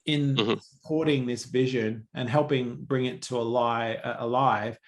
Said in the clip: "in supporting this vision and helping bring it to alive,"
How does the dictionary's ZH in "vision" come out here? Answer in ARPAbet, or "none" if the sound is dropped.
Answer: ZH